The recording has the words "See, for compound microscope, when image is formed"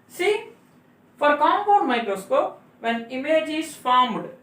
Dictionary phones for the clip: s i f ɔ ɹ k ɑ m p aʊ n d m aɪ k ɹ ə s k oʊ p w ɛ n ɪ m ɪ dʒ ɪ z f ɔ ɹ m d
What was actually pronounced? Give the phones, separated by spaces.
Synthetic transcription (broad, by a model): s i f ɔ ɹ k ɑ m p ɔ d m aɪ k ɹ ə s k oʊ p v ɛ n ɪ m ɪ dʒ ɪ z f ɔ ɹ m d